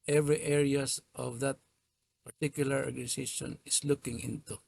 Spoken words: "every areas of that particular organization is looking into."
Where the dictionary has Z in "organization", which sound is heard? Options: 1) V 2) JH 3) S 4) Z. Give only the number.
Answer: 3